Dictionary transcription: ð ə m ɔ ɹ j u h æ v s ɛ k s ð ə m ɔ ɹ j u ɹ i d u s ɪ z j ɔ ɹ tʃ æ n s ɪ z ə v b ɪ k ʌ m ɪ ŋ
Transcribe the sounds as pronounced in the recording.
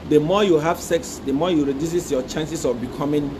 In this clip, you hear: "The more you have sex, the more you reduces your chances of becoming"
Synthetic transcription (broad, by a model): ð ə m ɔ j u h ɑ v s ɛ k s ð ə m ɔ j u ɹ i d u s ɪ s j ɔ tʃ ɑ n s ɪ s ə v b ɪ k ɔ m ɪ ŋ